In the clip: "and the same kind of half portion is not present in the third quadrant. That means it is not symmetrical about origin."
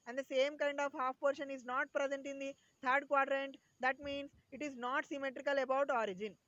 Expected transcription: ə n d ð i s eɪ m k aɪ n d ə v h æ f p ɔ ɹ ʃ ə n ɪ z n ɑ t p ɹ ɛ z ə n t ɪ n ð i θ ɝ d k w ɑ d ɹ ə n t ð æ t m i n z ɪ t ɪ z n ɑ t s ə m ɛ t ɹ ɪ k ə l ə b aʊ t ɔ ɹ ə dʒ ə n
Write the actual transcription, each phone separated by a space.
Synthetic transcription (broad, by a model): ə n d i s eɪ m k aɪ n d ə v h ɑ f p ɔ ɹ ʃ ə n ɪ z n ɑ t p ɹ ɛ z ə n t ɪ n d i t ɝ d k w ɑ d ɹ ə n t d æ t m i n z ɪ t ɪ z n ɑ t s ə m ɛ t ɹ ɪ k ə l ə b aʊ t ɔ ɹ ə dʒ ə n